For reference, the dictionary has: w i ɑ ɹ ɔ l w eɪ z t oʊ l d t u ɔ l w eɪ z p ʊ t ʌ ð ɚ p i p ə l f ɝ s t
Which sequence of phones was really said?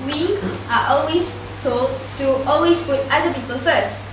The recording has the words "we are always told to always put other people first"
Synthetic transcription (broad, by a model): w i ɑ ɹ ɔ l w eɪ s t oʊ l d t u ɔ l w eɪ s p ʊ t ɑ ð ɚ p i p ə l f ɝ s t